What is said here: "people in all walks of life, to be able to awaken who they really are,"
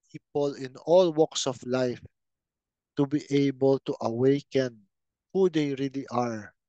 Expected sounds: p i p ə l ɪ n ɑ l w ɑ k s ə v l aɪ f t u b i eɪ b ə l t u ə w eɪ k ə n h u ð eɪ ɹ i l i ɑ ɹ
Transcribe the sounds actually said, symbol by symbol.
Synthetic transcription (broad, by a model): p i p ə l ɪ n ɑ l w ɑ k s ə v l aɪ f t u b i eɪ b ə l t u ə w eɪ k ə n h u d eɪ ɹ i l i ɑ ɹ